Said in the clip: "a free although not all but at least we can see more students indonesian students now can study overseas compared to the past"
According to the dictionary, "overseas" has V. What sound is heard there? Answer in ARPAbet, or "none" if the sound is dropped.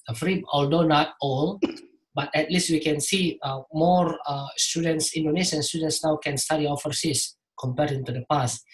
F